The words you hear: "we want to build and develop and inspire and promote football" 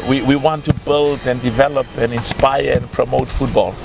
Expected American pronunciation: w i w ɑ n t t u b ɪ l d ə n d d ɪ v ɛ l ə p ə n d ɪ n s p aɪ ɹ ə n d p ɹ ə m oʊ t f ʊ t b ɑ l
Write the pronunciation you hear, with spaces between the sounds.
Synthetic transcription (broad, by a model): w i w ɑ n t t u b ɪ l d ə n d d ɪ v ɛ l ə p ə n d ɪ n s p aɪ ɹ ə n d p ɹ ə m oʊ t f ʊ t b ɑ l